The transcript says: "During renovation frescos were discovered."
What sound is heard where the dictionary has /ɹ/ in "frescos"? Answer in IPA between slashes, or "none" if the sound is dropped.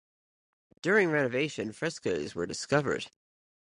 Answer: /ɹ/